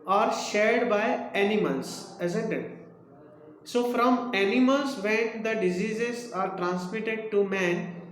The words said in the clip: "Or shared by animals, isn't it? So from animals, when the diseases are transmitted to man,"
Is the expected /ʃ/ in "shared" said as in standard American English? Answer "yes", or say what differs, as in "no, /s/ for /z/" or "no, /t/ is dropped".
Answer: yes